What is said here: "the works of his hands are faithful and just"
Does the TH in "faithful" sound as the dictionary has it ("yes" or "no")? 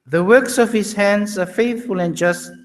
yes